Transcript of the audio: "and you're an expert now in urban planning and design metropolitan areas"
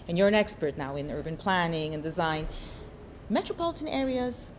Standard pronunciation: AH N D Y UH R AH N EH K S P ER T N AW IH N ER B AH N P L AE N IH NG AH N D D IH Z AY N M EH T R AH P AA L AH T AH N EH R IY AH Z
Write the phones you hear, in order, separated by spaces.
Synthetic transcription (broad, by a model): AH N Y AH R AH N EH K S P ER T N AW IH N ER B AH N P L AE N IH NG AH N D D IH Z AY N M EH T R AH P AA L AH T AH N EH R IY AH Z